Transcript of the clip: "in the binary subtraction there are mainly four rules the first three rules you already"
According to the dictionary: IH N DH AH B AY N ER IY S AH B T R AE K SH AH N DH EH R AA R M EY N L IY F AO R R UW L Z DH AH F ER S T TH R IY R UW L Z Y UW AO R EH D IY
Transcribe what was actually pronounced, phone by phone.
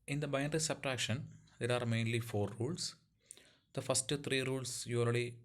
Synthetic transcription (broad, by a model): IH N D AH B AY N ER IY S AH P T R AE K SH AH N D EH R AA R M EY N L IY F AO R R UW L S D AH F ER S T T R IY R UW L S Y UW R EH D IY